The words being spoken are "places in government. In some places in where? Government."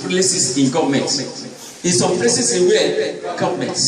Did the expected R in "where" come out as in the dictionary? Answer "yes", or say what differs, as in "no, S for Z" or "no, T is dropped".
no, L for R